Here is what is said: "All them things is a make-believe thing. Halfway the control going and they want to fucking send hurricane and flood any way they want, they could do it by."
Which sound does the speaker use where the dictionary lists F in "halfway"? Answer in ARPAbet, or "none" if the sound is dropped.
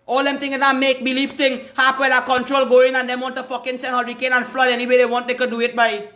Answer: P